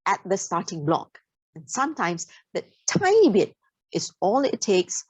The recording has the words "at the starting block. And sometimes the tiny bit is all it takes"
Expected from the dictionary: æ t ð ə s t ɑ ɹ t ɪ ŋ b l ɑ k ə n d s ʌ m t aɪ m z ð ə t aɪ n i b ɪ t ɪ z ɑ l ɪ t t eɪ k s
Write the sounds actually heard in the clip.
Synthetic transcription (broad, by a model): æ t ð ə s t ɑ t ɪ ŋ b l ɑ k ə n s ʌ m t aɪ m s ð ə t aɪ i b ɪ t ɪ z ɑ l ɪ t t eɪ k s